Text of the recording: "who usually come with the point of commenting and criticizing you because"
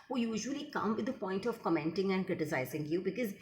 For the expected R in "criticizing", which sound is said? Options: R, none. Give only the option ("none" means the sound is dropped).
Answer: R